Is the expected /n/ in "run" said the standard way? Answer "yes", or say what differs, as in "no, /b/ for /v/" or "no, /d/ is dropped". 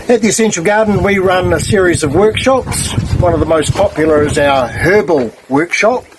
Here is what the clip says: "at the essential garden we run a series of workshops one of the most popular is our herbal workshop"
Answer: yes